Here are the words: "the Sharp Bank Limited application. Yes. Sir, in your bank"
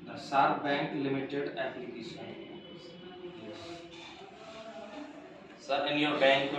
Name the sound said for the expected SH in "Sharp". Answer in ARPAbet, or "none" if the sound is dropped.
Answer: S